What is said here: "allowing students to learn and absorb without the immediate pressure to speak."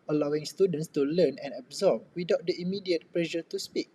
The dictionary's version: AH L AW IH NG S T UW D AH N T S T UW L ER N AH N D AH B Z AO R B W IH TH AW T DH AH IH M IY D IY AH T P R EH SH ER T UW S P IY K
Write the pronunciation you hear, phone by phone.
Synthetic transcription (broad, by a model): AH L AW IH NG S T UW D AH N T S T UW L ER N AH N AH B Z AO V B W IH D AW T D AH IH M IY D IY AH T P L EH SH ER T UW S P IY K